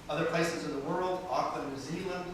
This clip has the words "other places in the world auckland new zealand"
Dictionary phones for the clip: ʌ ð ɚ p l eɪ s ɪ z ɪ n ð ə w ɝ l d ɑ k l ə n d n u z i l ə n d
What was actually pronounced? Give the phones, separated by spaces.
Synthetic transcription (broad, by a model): ʌ ð ɚ p l eɪ s ɪ z ɪ n ð ə w ɝ l d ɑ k ə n n u z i l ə n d